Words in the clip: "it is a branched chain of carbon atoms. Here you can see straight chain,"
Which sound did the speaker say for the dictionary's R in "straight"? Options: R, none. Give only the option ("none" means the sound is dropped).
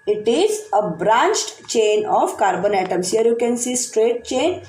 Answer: R